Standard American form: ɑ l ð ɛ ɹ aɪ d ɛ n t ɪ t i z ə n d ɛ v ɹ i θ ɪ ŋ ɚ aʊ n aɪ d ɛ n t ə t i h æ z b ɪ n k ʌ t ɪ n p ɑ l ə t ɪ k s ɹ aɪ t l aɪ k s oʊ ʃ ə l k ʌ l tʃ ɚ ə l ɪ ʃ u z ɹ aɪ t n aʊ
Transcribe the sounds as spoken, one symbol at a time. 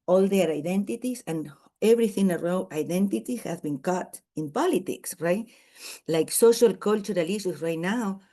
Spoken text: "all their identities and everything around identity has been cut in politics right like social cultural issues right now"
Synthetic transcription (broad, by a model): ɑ l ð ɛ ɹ aɪ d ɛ n t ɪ t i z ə n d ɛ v ɹ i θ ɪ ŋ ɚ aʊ aɪ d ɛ n t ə t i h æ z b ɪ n k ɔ t ɪ n p ɑ l ə t ɪ k s ɹ aɪ t l aɪ k s oʊ ʃ ə l k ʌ l tʃ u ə l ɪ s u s ɹ aɪ t n aʊ